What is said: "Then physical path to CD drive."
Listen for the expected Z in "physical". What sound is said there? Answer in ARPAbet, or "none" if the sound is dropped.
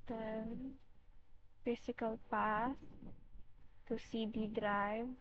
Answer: S